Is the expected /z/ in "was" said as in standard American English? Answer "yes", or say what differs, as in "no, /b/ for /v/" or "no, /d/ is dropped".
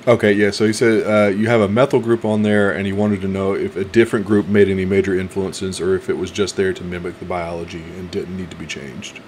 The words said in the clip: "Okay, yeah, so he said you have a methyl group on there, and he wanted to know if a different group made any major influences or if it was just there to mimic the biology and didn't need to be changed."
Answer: yes